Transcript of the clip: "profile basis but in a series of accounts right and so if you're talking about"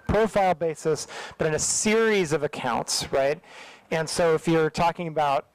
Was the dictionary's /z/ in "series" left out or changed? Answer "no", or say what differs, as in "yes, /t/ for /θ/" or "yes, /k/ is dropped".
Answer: no